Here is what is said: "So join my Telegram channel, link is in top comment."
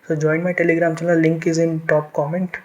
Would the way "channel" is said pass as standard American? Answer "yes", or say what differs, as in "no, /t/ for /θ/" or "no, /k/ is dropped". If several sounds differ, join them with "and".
no, /l/ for /n/